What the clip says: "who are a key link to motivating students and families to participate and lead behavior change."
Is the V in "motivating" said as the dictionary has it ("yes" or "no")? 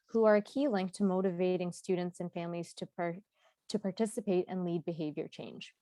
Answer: yes